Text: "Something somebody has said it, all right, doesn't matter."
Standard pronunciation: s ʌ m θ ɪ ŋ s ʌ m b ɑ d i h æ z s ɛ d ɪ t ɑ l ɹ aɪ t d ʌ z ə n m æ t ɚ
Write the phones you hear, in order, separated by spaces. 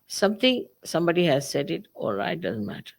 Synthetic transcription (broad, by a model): s ʌ m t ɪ ŋ s ʌ m b ɑ d i h æ z s ɛ d ɪ t ɑ l ɹ aɪ t d ʌ z ə n m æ t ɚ